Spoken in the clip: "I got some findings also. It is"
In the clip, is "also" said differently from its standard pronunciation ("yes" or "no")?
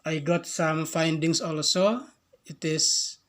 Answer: no